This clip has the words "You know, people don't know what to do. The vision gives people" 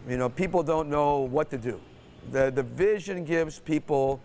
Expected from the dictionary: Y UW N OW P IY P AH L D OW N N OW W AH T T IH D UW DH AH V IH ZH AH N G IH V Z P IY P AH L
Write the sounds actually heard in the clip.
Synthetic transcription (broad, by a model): Y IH N OW P IY P L D OW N N OW W AH T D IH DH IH DH AH V IH ZH AH N G IH V Z P IY P L